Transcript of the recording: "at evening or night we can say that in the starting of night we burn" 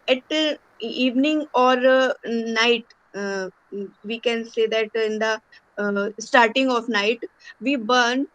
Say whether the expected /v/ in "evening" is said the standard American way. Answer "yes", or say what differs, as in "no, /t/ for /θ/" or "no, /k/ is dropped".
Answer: yes